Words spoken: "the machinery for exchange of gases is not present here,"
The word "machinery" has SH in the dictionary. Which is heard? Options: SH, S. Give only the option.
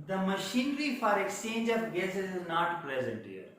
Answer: SH